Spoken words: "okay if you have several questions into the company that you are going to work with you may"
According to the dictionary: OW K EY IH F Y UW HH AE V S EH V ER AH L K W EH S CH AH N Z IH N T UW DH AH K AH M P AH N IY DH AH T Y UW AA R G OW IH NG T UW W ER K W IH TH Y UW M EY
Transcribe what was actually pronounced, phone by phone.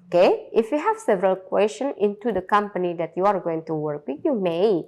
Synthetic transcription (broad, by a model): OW K EY IH F Y UW HH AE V S EH V ER AH L K W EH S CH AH N IH N T UW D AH K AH M P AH N IY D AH T Y UW AA R G OW IH NG T UW W ER K W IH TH Y UW M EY